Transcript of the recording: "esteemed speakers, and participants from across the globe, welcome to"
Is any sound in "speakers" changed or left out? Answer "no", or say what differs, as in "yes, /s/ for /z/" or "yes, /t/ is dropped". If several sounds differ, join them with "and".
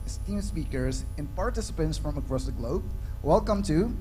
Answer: no